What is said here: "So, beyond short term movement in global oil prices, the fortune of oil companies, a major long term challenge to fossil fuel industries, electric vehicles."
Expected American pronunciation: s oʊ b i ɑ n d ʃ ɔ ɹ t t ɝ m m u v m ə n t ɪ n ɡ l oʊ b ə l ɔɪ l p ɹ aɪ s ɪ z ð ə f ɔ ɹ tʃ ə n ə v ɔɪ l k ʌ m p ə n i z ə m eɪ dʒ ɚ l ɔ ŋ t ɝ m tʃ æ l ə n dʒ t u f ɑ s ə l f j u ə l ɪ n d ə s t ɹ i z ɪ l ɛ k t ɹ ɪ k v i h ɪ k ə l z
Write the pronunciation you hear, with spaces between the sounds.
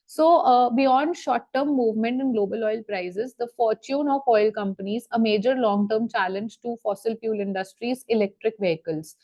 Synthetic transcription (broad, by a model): s oʊ b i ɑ n d ʃ ɔ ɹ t t ɝ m m u v m ə n t ɪ n ɡ l oʊ b ə l ɔɪ l p ɹ aɪ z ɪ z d ə f ɔ ɹ tʃ ə n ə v ɔɪ l k ʌ m p ə n i z ə m eɪ dʒ ɚ l ɔ ŋ t ɝ m tʃ æ l ə n dʒ t u f ɑ s ə l p j u l ɪ n d ə s t ɹ i z ɪ l ɛ k t ɹ ɪ k v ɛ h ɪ k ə l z